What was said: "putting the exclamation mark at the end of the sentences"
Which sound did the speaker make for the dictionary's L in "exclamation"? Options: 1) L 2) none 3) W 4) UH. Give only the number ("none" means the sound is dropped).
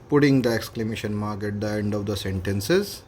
1